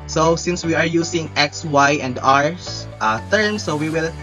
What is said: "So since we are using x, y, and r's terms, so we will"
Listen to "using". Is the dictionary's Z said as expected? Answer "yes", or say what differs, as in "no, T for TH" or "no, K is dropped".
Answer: no, S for Z